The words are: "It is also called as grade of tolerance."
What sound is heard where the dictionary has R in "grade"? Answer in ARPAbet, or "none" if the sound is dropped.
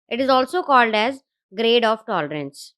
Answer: R